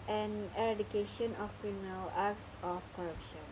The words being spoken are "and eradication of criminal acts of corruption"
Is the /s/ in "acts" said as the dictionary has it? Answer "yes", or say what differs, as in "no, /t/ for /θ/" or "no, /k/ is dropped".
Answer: yes